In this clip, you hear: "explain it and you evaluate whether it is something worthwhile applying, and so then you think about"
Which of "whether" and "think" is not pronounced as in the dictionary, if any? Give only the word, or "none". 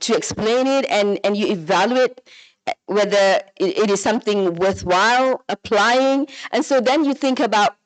none